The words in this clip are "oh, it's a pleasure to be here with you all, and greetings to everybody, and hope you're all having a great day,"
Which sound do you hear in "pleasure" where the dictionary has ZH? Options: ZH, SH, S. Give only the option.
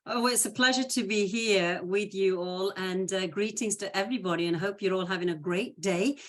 ZH